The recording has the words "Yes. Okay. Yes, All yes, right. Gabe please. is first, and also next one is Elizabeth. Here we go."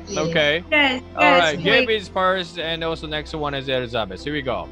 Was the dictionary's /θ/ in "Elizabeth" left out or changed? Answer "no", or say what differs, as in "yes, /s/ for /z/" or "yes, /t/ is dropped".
yes, /s/ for /θ/